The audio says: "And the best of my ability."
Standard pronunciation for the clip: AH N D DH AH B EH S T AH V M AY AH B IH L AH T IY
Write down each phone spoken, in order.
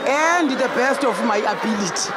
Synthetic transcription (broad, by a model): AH N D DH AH B EH S T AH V M AY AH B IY L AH T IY